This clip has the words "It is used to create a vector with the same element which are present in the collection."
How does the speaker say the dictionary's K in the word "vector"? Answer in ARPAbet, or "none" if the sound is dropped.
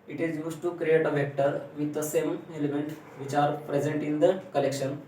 K